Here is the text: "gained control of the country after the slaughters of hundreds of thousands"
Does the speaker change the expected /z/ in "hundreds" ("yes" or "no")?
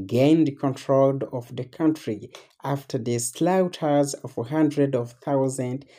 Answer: yes